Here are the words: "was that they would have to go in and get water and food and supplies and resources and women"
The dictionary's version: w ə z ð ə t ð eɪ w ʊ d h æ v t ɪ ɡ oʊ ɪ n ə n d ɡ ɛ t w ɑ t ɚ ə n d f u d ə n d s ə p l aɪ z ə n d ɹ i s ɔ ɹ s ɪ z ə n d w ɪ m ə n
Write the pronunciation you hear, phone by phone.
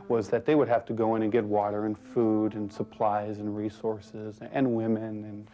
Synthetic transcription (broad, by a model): w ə z ð ə t ð eɪ w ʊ d h æ f t ɪ ɡ oʊ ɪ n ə n ɡ ɛ t w ɑ t ɚ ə n f u d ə n s ə p l aɪ z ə n ɹ i s ɔ ɹ s ɪ z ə n w ɪ m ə n